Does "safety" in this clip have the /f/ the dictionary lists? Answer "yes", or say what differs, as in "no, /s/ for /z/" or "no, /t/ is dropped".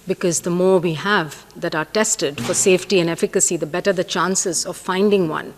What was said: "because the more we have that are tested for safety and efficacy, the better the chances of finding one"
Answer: yes